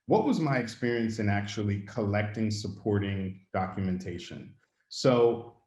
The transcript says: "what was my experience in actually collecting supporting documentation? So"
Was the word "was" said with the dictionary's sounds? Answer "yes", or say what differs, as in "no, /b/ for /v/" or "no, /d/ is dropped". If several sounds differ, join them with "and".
yes